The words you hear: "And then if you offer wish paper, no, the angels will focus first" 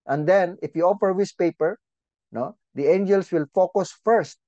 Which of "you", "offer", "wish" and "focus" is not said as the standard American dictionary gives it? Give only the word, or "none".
wish